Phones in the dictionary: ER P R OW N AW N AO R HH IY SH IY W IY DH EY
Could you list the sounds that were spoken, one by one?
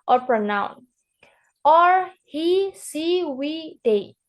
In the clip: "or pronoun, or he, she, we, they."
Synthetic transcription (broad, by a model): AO P R OW N AW N AO R HH IY S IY W IY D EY